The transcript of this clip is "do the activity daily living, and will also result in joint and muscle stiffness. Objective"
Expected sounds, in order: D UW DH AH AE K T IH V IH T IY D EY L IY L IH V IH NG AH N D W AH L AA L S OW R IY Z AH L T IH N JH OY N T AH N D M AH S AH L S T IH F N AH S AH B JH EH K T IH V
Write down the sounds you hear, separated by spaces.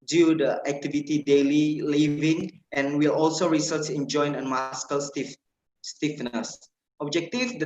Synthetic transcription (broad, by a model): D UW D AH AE K T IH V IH T IY D EY L IY L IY V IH NG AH N W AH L AA L S OW R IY S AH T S IH N JH OY N AH N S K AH S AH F S T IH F N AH S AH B JH EH K T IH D